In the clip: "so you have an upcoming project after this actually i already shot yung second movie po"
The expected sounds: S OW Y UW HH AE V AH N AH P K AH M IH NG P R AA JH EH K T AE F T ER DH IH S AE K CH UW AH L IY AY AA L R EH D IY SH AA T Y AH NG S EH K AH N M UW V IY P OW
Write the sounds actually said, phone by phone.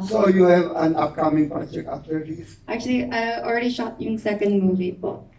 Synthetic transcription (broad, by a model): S OW Y UW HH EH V AH N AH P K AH M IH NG P R AA JH EH K T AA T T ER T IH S AE K CH UW AH L IY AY AA L R EH D IY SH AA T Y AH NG S EH K AH N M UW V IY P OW